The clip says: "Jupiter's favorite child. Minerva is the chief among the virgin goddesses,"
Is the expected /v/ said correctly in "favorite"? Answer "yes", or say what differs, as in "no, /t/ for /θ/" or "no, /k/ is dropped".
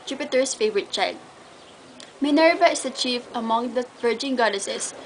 yes